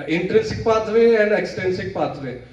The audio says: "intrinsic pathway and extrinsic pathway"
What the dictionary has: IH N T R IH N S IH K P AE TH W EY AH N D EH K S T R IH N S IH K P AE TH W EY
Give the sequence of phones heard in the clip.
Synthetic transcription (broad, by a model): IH N T R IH N S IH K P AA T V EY AH N D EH K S T EH N S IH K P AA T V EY